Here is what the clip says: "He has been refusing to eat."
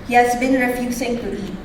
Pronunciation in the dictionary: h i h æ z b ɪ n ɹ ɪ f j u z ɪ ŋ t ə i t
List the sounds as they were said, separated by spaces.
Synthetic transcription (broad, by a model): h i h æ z b ɪ n ɹ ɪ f j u s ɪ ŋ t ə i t